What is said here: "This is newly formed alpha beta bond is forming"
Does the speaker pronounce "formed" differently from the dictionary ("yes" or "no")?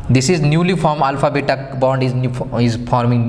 yes